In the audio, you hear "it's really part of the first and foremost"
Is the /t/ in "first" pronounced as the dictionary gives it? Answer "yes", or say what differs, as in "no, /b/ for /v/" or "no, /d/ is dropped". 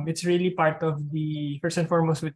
no, /t/ is dropped